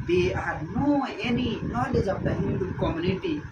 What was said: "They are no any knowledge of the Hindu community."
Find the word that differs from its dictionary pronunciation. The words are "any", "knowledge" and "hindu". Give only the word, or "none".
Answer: hindu